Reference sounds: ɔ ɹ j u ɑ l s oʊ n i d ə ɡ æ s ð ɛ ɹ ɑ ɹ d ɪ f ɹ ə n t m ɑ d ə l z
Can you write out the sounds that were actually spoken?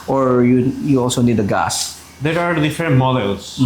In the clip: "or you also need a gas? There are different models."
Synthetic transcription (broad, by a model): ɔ ɹ j u ɑ l s oʊ n i d ə ɡ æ s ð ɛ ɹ ɑ ɹ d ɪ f ə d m m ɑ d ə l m